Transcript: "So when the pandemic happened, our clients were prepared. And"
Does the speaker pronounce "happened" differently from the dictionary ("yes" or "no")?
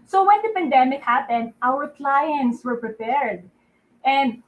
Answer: no